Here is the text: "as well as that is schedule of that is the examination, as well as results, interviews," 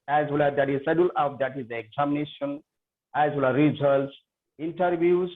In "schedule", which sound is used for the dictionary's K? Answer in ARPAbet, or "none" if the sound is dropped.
none